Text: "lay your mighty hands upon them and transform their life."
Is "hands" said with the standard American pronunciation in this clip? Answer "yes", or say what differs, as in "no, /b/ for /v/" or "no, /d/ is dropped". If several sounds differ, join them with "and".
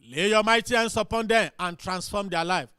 no, /s/ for /z/